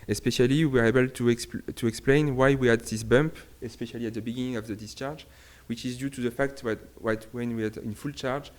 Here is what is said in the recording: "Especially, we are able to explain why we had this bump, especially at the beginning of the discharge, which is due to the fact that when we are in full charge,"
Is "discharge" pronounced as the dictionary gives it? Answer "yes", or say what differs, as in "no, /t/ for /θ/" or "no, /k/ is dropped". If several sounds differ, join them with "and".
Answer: yes